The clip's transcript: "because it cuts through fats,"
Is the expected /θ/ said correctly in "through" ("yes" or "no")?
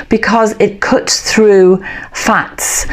yes